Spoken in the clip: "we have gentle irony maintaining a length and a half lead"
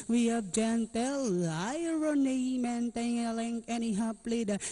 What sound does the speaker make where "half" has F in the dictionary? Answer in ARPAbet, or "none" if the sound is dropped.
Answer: P